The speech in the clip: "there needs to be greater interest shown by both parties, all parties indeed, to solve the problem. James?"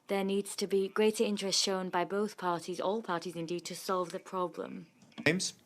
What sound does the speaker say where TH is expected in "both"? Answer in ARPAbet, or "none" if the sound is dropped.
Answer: TH